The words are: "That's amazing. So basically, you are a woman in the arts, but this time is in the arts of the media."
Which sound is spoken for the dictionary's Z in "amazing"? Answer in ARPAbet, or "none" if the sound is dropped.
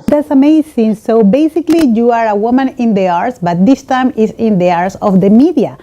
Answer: S